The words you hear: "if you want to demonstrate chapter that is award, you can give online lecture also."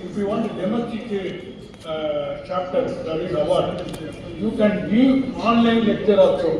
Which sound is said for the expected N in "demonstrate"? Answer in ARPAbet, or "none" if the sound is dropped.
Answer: none